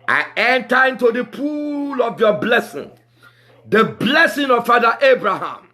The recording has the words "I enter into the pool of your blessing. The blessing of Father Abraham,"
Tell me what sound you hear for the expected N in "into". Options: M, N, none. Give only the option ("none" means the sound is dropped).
N